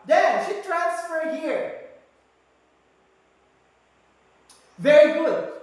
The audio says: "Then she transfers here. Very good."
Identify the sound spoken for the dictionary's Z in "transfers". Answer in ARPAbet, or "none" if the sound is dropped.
none